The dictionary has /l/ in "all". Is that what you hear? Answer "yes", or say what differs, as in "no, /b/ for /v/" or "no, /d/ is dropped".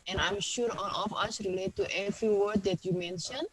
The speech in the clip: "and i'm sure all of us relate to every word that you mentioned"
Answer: no, /n/ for /l/